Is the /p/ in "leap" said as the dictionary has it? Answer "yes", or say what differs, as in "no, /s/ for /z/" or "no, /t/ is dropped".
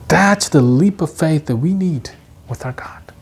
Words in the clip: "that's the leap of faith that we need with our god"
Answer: yes